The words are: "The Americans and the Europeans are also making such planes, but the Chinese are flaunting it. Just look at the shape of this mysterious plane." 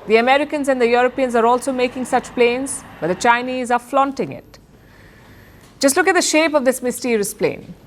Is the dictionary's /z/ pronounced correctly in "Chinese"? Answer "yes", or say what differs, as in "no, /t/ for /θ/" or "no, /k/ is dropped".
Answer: yes